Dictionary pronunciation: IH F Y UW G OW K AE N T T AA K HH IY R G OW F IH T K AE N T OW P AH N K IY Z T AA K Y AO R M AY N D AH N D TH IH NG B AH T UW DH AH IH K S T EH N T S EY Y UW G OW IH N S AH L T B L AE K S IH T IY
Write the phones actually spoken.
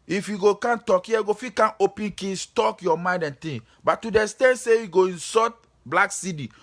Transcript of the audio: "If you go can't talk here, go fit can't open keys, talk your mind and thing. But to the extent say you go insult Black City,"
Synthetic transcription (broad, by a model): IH F Y UW G OW K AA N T T AA K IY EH G OW F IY K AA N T OW P AH N K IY S T AA K Y AO M AY N D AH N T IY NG B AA T UW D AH S T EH N S EY Y UW G OW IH N S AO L T B L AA K S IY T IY